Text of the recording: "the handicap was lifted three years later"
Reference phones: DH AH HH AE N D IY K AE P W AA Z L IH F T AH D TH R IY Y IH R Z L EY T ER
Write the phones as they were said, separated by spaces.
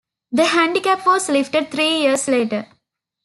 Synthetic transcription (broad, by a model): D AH HH AE N D IY K AE P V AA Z L IH F T AH D T R IY Y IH R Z L EY T ER